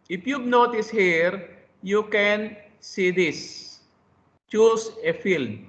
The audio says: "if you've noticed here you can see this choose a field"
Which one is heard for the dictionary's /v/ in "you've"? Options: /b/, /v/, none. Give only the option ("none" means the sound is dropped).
/b/